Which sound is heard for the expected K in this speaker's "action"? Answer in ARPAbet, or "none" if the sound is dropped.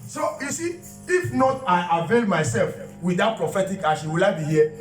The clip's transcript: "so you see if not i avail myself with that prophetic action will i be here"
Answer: none